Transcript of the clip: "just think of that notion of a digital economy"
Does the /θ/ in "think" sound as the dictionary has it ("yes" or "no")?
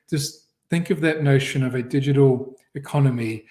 yes